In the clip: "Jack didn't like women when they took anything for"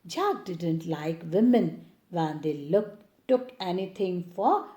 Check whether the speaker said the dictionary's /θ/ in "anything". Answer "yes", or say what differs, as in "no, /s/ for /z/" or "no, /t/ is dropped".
no, /t/ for /θ/